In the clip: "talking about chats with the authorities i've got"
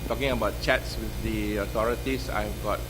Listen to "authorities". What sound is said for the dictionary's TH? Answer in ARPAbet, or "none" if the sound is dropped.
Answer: T